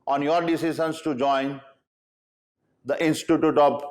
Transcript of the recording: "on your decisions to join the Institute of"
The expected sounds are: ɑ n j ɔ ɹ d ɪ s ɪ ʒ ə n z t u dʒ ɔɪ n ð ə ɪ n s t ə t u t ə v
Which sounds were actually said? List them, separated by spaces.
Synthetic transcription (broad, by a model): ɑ n j ɔ ɹ d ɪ s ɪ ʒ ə n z t u dʒ ɔɪ n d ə ɪ n s t ə t u t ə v